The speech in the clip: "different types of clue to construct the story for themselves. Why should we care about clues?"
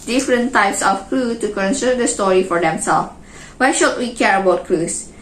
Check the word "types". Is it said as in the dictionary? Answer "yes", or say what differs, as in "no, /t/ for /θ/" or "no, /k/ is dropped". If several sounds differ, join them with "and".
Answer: yes